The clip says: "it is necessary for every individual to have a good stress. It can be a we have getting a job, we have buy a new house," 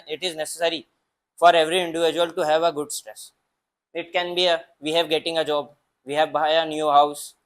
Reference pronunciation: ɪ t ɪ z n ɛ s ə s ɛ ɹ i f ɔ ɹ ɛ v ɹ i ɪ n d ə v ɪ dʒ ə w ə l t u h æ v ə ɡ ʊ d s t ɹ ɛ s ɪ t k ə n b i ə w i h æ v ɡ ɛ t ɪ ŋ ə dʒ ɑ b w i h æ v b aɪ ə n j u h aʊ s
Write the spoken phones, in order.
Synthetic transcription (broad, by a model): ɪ t ɪ z n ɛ s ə s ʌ ɹ i f ɔ ɹ ɛ v ɹ i ɪ n d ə v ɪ dʒ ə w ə l t u h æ v ə ɡ ʊ d s t ɹ ɛ s ɪ t k ə n b i ə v i h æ v ɡ ɛ t ɪ ŋ ə dʒ ɑ b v i h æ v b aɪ ə n j u h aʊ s